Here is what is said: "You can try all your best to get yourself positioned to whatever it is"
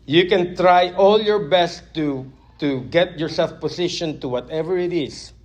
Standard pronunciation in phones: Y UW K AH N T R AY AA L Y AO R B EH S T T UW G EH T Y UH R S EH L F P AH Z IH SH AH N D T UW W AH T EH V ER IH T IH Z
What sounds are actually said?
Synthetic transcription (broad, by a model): Y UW K AH N T R AY AA L Y AO R B EH S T T UW G EH T Y UH R S EH L F P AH S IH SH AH N T UW W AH T EH V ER IH T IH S